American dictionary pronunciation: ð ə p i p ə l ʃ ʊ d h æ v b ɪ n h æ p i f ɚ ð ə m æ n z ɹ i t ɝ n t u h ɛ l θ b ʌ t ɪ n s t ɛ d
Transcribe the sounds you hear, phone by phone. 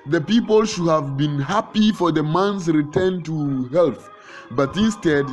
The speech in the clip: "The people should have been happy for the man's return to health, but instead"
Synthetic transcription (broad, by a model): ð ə p i p ə l ʃ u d h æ v b ɪ n h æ p i f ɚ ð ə m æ n s ɹ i t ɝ n t u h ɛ l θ b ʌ t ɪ n s t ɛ d